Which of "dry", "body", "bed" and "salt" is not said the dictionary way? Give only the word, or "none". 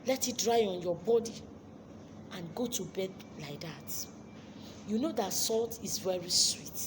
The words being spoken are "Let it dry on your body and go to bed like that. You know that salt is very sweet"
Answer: none